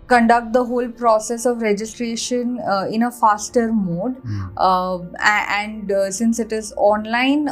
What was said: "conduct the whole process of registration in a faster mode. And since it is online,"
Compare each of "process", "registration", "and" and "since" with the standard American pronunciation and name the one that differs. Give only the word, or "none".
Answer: none